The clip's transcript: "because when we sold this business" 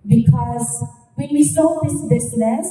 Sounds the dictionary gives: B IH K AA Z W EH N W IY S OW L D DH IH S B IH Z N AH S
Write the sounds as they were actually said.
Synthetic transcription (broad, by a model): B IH K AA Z W EH N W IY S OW D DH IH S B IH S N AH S